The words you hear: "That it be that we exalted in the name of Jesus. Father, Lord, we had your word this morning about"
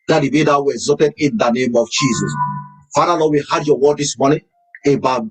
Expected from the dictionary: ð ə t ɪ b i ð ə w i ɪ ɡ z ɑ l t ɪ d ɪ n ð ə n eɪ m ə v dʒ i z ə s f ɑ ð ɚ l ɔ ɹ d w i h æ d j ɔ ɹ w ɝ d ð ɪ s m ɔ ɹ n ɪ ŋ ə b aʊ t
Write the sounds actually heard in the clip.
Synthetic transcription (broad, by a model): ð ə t ɪ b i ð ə w i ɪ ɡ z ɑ t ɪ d ɪ n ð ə n eɪ m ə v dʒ i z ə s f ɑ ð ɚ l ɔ w i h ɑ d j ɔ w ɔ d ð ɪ s m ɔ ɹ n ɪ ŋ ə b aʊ